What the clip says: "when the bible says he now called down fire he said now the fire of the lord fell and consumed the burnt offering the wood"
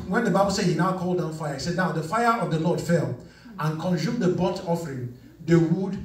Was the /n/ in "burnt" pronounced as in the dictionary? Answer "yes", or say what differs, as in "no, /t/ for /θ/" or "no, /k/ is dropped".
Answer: no, /n/ is dropped